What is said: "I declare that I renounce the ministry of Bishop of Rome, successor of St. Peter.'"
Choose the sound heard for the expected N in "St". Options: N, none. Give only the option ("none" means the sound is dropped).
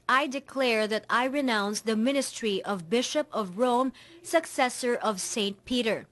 N